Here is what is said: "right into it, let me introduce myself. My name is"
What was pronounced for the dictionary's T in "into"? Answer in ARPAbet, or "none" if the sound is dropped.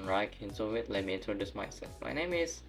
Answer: S